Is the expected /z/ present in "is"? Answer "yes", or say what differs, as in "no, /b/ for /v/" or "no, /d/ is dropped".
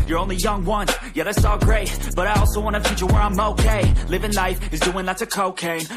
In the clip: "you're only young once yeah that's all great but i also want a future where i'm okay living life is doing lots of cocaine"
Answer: yes